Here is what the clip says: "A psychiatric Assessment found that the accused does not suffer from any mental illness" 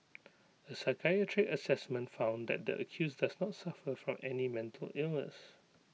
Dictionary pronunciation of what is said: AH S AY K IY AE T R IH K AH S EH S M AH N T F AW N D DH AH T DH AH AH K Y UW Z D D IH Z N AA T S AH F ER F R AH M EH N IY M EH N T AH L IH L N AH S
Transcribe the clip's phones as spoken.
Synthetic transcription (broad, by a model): AH S AY K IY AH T R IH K AH S EH S M AH N T F AW N D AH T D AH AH K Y UW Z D D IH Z N AA T S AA F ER F R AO M EH N IY M EH N T AH L IH L N AH S